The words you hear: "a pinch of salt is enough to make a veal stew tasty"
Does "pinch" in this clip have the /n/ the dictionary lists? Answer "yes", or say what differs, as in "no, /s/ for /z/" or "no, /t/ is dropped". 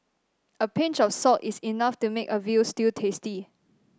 yes